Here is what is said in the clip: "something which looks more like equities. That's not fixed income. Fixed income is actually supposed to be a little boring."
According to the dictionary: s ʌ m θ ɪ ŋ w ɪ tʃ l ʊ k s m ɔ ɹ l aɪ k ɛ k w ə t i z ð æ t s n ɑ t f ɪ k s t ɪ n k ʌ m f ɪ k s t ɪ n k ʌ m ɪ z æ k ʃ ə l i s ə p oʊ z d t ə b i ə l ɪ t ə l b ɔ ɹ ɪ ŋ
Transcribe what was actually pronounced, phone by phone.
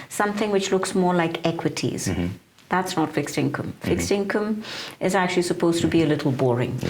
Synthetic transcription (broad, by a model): s ʌ m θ ɪ ŋ w ɪ tʃ l ʊ k s m ɔ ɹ l aɪ k ɛ k w ə t i z ð æ t s n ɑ t f ɪ k s t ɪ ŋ k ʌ m f ɪ k s t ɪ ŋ k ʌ m ɪ z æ k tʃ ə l i s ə p oʊ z t ə b i ə l ɪ t l b ɔ ɹ ɪ ŋ